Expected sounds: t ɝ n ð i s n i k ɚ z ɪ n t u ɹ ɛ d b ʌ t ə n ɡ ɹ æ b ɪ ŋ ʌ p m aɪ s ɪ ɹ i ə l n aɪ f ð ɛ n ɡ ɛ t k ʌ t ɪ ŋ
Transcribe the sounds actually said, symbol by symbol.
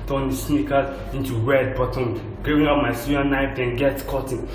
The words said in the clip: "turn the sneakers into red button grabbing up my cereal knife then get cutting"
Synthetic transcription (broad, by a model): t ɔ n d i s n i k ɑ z ɪ n t u w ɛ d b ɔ t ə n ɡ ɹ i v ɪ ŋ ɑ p m aɪ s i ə n aɪ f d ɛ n ɡ ɛ t k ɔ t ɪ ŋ